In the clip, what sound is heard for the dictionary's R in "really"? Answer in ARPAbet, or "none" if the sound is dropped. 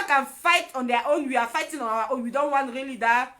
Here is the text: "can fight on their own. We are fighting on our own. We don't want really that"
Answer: R